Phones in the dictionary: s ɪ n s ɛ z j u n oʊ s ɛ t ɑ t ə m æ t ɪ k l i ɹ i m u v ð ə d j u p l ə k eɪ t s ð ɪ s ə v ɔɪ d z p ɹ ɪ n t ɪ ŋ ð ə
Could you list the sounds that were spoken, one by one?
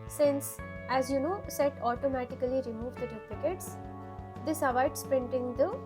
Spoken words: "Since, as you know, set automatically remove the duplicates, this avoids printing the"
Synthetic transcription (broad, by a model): s ɪ n s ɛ z j u n oʊ s ɛ t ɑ t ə m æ t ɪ k l i ɹ i m u v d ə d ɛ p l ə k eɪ t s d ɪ s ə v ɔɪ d s p ɹ ɪ n t ɪ ŋ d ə